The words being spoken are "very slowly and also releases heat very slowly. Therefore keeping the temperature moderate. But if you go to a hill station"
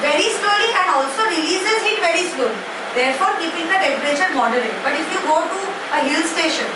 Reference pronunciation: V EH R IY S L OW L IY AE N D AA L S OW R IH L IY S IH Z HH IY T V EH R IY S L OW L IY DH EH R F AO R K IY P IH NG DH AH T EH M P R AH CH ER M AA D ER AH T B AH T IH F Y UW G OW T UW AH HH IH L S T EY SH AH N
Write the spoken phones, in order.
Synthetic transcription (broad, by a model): V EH R IY S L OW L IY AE N D AA L S OW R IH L IY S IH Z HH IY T V EH R IY S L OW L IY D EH R F AO R K IY P IH NG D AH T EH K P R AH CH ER M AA D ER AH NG B AH T IH F Y UW G OW T UW AH HH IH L S T EY SH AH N